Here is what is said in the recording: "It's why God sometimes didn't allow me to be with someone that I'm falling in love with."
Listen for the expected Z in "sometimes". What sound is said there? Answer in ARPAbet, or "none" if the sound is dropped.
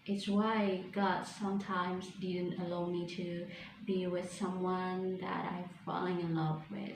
Z